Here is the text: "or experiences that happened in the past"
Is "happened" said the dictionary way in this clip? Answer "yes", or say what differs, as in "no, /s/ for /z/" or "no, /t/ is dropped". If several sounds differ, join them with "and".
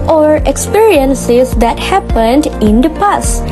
yes